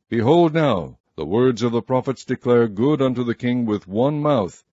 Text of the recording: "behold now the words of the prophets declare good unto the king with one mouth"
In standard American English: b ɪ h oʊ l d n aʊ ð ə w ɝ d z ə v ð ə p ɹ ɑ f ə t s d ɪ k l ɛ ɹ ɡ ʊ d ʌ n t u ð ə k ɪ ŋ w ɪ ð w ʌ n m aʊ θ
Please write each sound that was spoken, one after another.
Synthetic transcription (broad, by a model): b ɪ h oʊ l d n aʊ ð ə w ɝ d z ə v ð ə p ɹ ɑ f ə t s d ɪ k l ɛ ɹ ɡ ʊ d ʌ n t u ð ə k ɪ ŋ w ɪ ð w ʌ n m aʊ θ